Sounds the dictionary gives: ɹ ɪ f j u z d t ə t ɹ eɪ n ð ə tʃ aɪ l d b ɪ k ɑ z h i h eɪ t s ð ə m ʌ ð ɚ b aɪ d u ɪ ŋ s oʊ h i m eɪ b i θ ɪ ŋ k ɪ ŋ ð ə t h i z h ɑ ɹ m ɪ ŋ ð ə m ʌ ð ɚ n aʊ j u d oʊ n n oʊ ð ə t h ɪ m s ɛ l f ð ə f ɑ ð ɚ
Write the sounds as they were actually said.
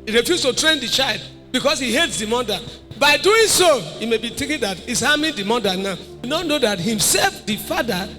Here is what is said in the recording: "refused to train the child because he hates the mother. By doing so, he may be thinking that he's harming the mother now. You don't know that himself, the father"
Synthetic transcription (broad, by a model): ɹ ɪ f j u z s t ə t ɹ eɪ n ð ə tʃ aɪ l d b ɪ k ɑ s h i h eɪ t s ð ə m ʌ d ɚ b aɪ d u ɪ ŋ s oʊ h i m eɪ b i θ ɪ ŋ k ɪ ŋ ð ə t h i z h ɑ m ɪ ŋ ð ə m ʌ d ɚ n aʊ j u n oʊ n n oʊ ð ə t h ɪ m s ɛ l f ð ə f ɑ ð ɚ